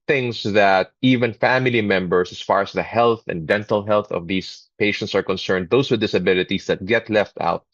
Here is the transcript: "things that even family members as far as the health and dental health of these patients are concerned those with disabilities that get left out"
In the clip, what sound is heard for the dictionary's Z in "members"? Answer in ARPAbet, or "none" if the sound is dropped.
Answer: S